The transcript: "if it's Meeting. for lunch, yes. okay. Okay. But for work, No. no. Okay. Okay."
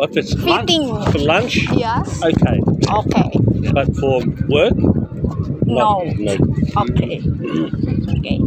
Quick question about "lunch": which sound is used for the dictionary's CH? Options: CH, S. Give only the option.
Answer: CH